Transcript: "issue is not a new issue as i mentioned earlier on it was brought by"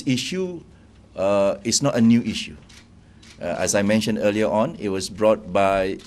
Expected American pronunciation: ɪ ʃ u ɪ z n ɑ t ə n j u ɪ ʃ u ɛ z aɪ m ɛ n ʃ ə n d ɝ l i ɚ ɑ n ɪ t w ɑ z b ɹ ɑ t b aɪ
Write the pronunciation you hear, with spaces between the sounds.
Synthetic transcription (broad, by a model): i ʃ u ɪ s n ɑ t ə n j u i ʃ u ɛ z aɪ m ɛ n ʃ ə n d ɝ l i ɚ ɑ n ɪ t w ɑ s b ɹ ɑ t b aɪ